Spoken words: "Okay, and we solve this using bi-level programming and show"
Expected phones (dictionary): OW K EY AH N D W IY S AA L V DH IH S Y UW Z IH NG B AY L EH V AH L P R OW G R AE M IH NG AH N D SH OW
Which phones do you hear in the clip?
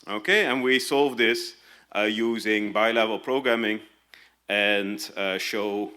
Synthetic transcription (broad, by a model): OW K EY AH N W IY S AA L V DH IH S Y UW Z IH NG B AY L EH V AH L P R OW G R AE M IH NG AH N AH SH OW